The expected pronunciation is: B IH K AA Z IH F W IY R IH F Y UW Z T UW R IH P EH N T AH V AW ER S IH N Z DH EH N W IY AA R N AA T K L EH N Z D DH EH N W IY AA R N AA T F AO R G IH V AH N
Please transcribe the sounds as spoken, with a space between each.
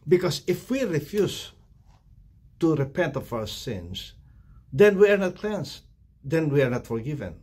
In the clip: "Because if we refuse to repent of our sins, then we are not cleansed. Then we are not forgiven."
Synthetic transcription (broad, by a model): B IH K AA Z IH F W IY R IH F Y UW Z T UW R IH P EH N T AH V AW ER S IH N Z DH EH N W IY AA R N AA T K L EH N S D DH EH N W IY AA R N AA T F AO R G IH V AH N